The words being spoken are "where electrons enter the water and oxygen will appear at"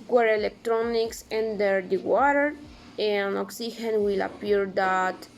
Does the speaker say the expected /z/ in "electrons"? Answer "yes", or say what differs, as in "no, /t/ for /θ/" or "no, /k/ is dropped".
no, /s/ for /z/